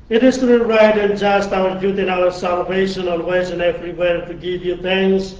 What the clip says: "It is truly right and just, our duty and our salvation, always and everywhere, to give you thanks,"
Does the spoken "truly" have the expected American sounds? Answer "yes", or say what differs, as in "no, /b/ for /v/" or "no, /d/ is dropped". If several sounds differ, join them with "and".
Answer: no, /ɹ/ is dropped and /l/ is dropped